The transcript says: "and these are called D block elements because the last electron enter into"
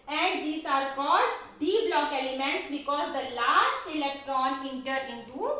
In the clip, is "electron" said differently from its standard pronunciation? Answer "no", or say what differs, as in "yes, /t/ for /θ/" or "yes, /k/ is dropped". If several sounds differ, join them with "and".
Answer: no